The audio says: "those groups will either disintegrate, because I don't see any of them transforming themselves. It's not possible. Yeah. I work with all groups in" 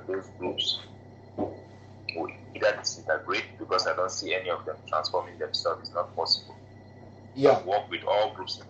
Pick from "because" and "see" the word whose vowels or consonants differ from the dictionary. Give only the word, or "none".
because